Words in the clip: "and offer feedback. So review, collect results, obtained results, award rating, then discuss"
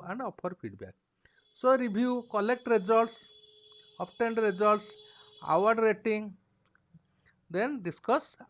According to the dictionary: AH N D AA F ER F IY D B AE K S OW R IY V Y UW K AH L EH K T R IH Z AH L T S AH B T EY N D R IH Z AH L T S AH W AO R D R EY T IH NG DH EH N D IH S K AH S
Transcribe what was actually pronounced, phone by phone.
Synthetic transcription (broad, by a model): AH N D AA P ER P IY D B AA K S OW R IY B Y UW K AH L EH K T R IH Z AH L T S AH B T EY N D R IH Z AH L T S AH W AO R D R EY T IH NG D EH N D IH S K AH S